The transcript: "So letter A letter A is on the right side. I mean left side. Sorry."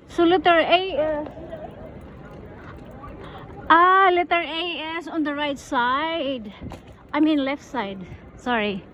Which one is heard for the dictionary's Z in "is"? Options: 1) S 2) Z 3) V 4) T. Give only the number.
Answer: 1